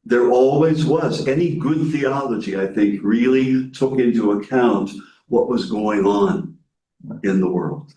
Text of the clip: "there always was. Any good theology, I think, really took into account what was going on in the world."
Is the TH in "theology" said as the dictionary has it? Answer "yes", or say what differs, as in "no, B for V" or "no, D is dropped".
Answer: yes